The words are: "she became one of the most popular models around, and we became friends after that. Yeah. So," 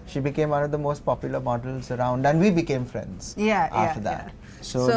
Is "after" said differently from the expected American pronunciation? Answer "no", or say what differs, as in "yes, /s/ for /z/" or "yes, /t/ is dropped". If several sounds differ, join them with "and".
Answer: yes, /f/ is dropped